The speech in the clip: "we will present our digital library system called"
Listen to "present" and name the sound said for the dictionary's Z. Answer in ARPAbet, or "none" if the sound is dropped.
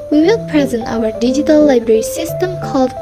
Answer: Z